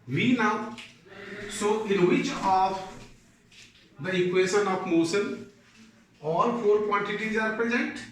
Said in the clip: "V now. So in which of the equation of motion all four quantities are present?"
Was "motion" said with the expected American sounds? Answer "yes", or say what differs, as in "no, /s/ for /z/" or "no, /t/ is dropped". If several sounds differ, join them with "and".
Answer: no, /s/ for /ʃ/